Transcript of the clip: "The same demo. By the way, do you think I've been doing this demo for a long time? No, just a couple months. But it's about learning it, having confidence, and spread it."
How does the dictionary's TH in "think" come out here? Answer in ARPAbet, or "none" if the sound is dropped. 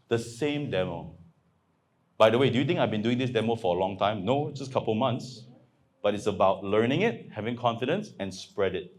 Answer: T